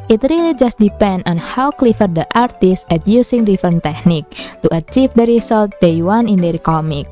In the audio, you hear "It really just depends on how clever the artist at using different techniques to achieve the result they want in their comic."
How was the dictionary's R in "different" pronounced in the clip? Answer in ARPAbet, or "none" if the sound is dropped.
none